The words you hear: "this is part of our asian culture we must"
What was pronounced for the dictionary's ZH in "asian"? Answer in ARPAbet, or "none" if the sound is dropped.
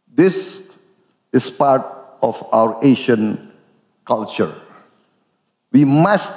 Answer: SH